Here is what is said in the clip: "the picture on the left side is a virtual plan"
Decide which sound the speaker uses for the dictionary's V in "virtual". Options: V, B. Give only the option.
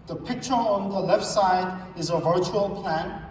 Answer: V